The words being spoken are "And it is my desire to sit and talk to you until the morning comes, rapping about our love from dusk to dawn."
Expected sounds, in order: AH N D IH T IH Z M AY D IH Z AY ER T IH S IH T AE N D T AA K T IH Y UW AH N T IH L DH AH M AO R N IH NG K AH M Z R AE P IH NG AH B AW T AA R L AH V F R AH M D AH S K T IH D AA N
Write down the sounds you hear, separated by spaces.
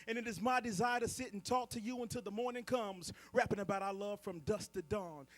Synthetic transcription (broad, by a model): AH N IH T IH Z M AY D IH Z AY ER T IH S IH T N T AA K T IH Y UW AH N T IH L DH AH M AO R N IH NG K AH M Z R AE P IH NG AH B AW T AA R L AH V F R AH M D AH S T IH D AA N